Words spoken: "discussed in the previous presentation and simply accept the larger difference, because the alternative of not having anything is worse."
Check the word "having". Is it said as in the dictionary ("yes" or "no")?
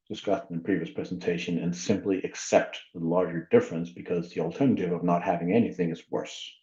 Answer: yes